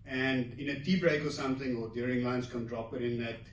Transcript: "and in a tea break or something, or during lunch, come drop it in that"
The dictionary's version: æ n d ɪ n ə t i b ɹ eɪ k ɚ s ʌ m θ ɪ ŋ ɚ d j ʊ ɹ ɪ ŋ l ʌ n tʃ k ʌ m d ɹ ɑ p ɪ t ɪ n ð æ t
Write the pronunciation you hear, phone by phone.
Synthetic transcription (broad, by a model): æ n d ɪ n ə t i b ɹ eɪ k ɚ s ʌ m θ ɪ ŋ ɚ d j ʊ ɹ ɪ ŋ l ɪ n s k ʌ m d ɹ ɑ p ɪ t ɪ n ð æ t